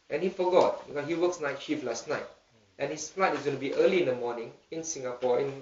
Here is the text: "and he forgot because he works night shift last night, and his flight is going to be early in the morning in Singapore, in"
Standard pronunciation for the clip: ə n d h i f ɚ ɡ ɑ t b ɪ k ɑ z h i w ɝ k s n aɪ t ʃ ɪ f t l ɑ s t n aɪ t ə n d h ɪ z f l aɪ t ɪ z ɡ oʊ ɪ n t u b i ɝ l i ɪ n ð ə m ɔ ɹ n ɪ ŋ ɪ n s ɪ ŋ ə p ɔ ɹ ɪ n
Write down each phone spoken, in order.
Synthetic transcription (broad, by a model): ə n h i f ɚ ɡ ɑ t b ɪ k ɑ h i w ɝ k s n aɪ t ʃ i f l ɑ s t n aɪ t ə n h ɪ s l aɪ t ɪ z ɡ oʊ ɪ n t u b i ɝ l i ɪ n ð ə m ɔ n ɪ ŋ ɪ n s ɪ ŋ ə p ɔ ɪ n